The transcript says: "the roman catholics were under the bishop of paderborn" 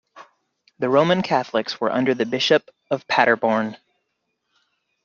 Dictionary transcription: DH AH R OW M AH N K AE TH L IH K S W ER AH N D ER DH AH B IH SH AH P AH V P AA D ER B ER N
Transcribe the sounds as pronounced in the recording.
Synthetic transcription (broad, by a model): DH AH R OW M AH N K AE TH L IH K S W ER AH N D ER DH AH B IH SH AH P AH V P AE D ER B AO N